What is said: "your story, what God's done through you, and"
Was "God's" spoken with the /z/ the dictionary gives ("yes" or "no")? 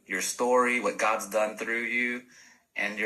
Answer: yes